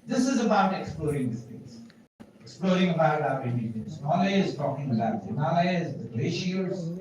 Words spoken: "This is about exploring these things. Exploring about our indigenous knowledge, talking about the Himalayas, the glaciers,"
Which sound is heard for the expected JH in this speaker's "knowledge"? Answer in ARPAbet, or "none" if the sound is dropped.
Z